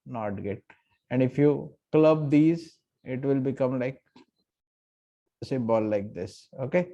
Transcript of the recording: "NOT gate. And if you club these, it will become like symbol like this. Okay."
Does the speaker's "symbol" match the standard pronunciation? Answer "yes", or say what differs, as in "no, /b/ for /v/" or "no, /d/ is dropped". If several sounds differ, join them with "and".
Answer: no, /m/ is dropped